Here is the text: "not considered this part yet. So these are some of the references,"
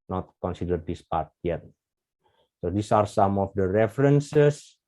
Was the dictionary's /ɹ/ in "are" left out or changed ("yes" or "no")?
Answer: no